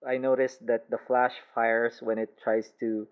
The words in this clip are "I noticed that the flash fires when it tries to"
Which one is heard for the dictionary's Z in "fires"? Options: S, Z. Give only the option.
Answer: S